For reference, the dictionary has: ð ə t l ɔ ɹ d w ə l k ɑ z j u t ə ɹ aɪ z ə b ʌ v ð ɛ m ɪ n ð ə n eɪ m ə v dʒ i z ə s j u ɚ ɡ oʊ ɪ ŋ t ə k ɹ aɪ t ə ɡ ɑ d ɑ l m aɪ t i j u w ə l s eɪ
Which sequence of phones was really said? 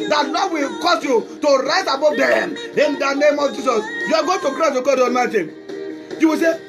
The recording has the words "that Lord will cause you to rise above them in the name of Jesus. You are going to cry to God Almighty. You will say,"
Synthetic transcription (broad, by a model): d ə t n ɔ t w ə l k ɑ s j u t ə ɹ aɪ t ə b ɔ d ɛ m ɪ n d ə n eɪ m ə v dʒ i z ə s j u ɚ ɡ oʊ t ə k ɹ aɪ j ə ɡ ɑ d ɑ m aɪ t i j u w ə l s eɪ